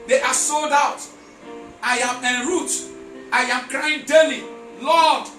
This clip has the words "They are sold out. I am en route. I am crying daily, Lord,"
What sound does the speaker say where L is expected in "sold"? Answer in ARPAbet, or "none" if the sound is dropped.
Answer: L